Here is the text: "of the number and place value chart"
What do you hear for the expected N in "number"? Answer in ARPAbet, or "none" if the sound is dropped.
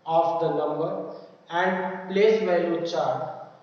L